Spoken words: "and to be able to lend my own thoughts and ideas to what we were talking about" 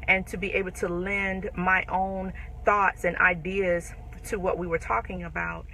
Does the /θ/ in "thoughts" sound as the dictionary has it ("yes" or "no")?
yes